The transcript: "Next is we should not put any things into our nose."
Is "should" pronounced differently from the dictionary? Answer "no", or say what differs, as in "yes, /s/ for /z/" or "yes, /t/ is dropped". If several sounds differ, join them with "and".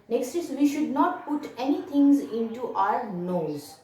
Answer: no